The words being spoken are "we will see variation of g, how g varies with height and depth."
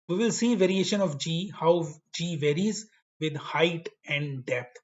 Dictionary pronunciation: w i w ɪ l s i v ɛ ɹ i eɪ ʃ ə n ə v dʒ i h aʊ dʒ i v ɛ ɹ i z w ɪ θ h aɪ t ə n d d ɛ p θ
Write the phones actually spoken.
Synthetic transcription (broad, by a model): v i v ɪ l s i v ɛ ɹ i eɪ ʃ ə n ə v dʒ i h aʊ dʒ i v ɛ ɹ i z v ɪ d h aɪ t ə n d d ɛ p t